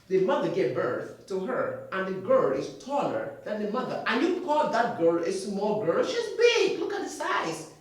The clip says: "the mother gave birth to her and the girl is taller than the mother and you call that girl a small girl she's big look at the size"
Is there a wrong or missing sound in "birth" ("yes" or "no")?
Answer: no